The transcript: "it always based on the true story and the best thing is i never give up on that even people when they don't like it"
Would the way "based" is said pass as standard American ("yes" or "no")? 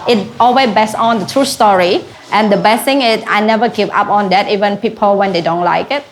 no